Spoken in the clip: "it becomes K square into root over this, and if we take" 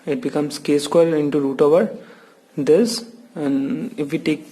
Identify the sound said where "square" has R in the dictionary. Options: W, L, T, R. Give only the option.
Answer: L